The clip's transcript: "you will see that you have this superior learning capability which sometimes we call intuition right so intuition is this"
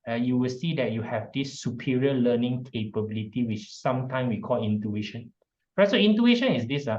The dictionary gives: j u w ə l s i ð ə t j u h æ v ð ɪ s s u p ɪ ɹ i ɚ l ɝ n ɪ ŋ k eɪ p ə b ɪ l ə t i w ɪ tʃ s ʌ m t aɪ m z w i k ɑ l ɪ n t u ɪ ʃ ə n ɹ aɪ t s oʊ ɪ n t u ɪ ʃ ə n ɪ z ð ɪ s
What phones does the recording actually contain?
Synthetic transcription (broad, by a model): j u w ə l s i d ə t j u h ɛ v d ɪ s s u p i ɹ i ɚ l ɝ n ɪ ŋ k eɪ p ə b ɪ l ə t i w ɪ tʃ s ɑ m t aɪ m s w i k ɑ l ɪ n t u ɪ ʃ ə n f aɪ s oʊ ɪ n t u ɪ ʃ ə n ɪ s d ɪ s